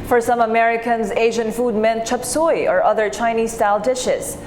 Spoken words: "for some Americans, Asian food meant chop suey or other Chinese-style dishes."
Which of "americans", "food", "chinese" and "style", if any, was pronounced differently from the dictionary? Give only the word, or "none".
none